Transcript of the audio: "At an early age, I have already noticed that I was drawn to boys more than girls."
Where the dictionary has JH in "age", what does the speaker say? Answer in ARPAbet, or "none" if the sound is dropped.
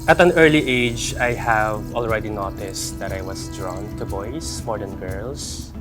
JH